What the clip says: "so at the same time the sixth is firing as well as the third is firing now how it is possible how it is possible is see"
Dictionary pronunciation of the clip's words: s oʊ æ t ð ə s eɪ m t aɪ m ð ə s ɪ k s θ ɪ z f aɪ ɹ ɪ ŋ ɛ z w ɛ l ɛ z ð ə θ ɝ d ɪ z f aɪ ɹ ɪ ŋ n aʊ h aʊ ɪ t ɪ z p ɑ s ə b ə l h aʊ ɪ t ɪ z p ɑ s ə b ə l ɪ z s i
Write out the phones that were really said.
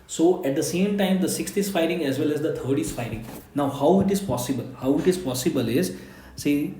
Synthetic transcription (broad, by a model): s oʊ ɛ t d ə s eɪ m t aɪ m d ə s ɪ k s t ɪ s f aɪ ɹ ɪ ŋ ɛ z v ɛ l ɛ z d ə t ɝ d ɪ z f aɪ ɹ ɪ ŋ n aʊ h aʊ ɪ t ɪ z p ɑ s ə b ə l h aʊ ɪ t ɪ z p ɑ s ə b ə l ɪ z s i